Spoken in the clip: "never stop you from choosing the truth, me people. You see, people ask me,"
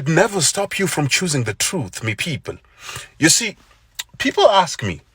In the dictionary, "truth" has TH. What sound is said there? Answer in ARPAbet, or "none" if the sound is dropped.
TH